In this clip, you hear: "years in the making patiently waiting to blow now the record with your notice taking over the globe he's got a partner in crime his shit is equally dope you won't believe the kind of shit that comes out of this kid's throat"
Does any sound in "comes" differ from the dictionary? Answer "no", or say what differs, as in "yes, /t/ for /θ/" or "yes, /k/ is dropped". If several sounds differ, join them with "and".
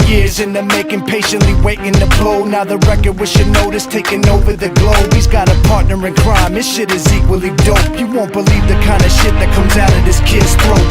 no